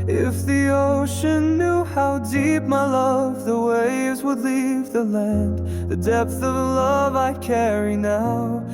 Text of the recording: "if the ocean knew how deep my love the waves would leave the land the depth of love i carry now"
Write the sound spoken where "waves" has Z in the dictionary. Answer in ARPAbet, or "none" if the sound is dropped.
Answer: Z